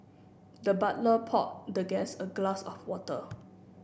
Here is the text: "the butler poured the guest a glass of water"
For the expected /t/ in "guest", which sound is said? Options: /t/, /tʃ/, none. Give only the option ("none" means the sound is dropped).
none